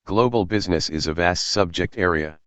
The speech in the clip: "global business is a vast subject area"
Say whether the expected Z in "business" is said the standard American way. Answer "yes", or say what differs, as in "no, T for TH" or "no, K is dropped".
yes